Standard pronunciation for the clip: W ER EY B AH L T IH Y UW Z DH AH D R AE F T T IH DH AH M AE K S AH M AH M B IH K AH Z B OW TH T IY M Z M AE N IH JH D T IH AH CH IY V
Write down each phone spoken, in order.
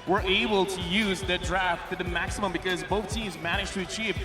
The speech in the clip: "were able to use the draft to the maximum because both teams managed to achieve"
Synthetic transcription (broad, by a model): W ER EY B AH L T IH Y UW Z DH AH D R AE F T T IH DH AH M AE K S AH M AH M B IH K AH Z B OW TH T IY M Z M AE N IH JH T IH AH CH IY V